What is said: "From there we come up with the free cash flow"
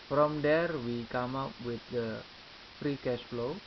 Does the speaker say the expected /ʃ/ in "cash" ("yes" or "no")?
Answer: no